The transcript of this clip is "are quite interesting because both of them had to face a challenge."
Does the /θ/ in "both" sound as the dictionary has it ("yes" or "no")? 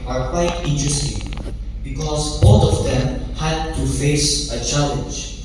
no